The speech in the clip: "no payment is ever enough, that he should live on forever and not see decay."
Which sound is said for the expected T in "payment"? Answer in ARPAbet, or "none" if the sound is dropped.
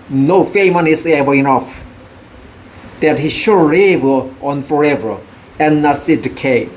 none